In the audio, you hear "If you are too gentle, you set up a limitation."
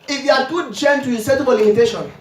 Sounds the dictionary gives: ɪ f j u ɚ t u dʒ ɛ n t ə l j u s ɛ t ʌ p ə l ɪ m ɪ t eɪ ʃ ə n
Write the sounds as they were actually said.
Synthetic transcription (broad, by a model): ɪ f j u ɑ t u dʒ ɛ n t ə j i s ɛ t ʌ b ə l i m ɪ t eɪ ʃ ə n